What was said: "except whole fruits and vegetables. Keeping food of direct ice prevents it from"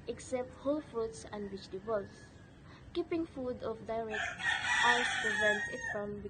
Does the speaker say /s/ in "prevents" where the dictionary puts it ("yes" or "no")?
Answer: no